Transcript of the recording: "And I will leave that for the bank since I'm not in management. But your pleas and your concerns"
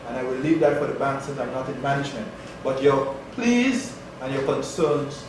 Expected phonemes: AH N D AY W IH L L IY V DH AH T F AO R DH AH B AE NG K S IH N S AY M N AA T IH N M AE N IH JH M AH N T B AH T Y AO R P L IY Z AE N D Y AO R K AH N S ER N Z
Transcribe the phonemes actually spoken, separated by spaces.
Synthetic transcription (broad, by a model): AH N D AY W IH L L IY V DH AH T F AO R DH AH B AE NG K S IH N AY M N AA T IH N M AE N IH JH M AH N T B AH T Y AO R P L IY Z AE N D Y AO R K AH N S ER N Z